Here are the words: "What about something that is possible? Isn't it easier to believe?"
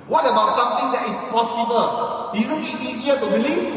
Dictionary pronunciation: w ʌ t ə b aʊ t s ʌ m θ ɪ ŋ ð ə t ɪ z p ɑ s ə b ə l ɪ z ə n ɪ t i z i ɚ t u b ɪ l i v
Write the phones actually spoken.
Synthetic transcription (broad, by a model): w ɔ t ə b aʊ t s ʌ m t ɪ ŋ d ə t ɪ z p ɑ s ə b ə l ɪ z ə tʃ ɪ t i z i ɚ t u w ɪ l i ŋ